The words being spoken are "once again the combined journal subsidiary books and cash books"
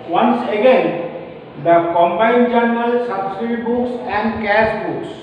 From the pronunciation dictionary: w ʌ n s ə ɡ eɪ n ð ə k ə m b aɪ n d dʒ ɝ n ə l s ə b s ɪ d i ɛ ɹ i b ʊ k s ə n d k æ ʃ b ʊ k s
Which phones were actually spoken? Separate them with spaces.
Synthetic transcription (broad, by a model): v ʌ n s ə ɡ eɪ n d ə k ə m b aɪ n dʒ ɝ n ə l s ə b s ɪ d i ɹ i b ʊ k s ə n d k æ s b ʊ k s